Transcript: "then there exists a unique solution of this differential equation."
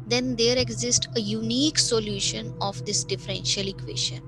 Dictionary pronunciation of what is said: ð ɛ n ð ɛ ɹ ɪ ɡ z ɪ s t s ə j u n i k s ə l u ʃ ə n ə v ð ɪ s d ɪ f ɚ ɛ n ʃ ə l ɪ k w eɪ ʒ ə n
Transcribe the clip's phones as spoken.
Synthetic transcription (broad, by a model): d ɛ n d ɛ ɹ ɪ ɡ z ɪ s t ə j u n i k s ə l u ʃ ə n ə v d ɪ s d ɪ f ɚ ɛ n ʃ ə l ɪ k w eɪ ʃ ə n